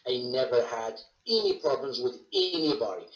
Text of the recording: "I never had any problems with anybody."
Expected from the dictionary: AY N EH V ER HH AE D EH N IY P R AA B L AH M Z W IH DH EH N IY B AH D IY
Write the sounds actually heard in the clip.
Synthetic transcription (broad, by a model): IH N EH V ER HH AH D EH N IY P R AA B L AH M Z W IH DH EH N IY B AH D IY